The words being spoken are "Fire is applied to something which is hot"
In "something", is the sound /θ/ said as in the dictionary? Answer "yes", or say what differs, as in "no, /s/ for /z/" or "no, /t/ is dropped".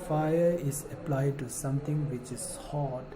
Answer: no, /t/ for /θ/